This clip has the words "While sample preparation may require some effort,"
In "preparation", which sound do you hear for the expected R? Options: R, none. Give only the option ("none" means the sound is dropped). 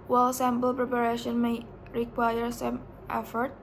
R